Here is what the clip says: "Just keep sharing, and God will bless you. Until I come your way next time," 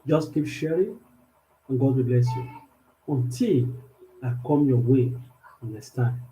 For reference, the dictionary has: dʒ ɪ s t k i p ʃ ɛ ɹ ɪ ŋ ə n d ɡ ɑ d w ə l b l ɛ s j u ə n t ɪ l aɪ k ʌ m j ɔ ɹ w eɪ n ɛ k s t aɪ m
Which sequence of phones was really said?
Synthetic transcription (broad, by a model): dʒ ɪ s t k i p ʃ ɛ ɹ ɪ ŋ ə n ɡ ɑ d w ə b l ɛ s j u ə n t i l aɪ k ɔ m j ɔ w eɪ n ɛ s t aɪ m